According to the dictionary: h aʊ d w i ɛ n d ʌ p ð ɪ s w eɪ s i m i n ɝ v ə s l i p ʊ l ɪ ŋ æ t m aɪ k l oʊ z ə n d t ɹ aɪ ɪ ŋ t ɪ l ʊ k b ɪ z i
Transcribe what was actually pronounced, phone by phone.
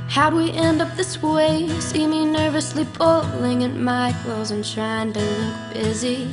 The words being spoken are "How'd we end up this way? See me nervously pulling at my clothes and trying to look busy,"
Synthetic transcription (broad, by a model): h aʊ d w i ɛ n d ʌ p ð ɪ s w eɪ s i m i n ɝ v ə s l i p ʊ l ɪ ŋ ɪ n m aɪ k l oʊ z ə n t ɹ aɪ ɪ ŋ t ɪ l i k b ɪ z i